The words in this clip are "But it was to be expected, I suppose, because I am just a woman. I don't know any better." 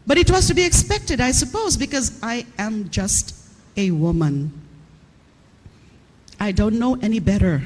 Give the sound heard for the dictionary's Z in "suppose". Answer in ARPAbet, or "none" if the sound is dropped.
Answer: Z